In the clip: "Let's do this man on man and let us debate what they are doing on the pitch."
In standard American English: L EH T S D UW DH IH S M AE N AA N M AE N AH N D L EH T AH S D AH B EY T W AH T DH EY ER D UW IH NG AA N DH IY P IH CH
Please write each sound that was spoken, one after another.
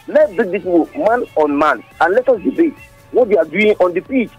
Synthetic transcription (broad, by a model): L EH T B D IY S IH M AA N AA N M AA N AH N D L EH T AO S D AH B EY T W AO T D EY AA D UW IH NG AA N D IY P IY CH